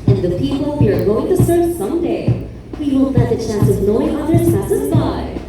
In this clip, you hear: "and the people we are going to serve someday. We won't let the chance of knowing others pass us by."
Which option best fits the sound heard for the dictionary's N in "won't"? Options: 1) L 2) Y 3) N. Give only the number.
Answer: 1